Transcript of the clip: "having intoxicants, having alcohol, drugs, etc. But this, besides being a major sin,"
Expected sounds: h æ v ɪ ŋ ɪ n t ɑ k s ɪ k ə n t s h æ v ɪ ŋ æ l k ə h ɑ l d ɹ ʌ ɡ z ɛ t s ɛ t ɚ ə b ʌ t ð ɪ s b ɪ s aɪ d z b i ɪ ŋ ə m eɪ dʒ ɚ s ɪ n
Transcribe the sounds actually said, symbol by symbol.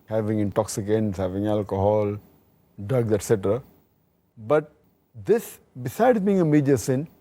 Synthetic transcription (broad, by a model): h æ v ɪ ŋ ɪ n t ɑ k s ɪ k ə n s h æ v ɪ ŋ æ l k ə h ɑ l d ʌ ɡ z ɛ t s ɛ t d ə b ʌ t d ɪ s b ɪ s aɪ d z b i ɪ ŋ ə m eɪ dʒ ɚ s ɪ n